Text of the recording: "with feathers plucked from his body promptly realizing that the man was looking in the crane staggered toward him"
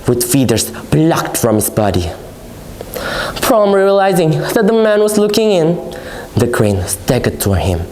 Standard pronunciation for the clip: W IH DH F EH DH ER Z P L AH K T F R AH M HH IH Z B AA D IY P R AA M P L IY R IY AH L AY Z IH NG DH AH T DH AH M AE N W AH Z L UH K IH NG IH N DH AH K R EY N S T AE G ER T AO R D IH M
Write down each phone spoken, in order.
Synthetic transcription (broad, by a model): W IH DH F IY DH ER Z B L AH K T F R AH M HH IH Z B AA D IY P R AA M R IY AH L AY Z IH NG DH AH T DH AH M AE N W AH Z L UH K IH NG IH N DH AH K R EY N S T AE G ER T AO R IH M